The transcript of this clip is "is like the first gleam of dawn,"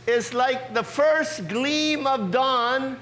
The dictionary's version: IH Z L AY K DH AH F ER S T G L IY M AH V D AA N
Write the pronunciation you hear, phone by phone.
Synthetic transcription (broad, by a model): IH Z L AY K DH AH F ER S T G L IY M AH V D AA N